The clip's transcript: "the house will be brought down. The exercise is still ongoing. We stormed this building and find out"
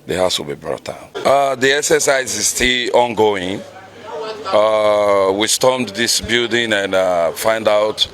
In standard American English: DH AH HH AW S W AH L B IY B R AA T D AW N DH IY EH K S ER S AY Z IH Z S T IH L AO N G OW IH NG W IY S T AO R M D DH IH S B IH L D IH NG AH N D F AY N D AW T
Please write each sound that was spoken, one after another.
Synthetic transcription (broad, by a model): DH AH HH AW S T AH B IY B R AA T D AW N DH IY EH S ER S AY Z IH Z S T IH L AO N G OW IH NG W IY S T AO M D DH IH S B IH L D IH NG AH N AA F AY N D AW T